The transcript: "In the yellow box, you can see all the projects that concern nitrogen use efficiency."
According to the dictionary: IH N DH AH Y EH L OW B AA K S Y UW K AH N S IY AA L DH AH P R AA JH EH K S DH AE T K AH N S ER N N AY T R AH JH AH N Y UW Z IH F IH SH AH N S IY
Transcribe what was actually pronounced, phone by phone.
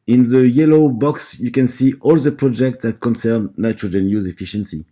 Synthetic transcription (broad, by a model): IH N DH AH Y EH L OW B AA K S Y UW K AH N S IY AA L DH AH P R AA JH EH K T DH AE T K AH N S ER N N AY T R AH JH AH N Y UW Z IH F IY SH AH N S IY